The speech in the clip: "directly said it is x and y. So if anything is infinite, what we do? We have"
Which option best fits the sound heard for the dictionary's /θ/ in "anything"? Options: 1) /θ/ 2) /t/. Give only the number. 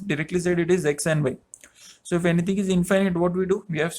2